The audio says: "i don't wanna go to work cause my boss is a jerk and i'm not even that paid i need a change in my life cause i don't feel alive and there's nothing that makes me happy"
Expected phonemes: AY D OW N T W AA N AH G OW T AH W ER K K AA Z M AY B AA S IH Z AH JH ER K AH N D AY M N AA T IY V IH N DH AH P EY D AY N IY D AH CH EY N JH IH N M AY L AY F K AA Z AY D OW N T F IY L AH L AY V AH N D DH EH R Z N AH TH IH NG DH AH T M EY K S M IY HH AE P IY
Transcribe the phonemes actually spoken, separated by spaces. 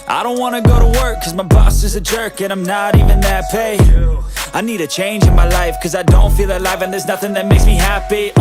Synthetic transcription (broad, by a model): AY D OW N T W AA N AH G OW T AH W ER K K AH Z M AY B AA S IH Z AH JH ER K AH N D AY M N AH T IY V IH N DH AH P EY AY N IY D AH CH EY N JH IH N M AY L AY F K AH Z AY D OW N T F IY L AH L AY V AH N DH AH R Z N AH TH IH NG DH AH T M EY K S M IY HH AE P IY